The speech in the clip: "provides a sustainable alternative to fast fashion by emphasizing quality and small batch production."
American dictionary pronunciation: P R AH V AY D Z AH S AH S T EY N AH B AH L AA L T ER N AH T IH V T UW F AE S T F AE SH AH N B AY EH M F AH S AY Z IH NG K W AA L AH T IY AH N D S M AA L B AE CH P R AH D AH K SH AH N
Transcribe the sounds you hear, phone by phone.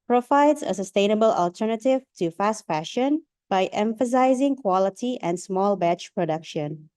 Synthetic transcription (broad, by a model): P R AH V AY D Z AH S AH S T EY N AH B AH L AA L T ER N AH T IH V T UW F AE S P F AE SH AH N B AY EH M F AH S AY Z IH NG K W AA L AH T IY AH N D S M AA L B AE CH P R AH D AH K SH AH N